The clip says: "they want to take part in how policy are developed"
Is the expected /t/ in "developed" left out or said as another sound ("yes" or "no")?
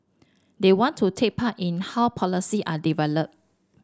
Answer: yes